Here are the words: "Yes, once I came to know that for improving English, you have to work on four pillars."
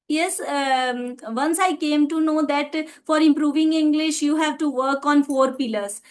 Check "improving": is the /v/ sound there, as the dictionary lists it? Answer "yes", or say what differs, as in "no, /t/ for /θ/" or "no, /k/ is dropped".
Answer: yes